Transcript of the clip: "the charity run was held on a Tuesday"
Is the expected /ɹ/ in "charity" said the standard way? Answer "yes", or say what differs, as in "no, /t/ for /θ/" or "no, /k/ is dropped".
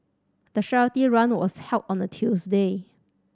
no, /ɹ/ is dropped